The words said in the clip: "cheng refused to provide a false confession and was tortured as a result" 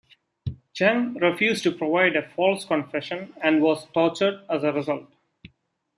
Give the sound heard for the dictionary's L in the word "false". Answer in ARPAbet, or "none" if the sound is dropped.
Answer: L